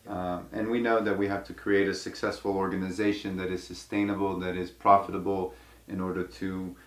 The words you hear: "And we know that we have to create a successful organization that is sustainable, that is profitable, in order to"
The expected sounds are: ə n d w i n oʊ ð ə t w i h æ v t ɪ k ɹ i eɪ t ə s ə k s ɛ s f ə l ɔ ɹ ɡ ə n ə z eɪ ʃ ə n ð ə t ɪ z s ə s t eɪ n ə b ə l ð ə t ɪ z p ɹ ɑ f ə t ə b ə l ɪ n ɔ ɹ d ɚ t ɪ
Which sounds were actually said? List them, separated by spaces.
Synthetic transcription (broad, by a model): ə n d w i n oʊ ð ə t w i h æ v t ɪ k ɹ i eɪ t ə s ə k s ɛ s f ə l ɔ ɹ ɡ ə n ə z eɪ ʃ ə n ð ə t ɪ z s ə s t eɪ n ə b l ð ə t ɪ z p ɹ ɑ f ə t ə b l ɪ n ɔ ɹ d ɚ t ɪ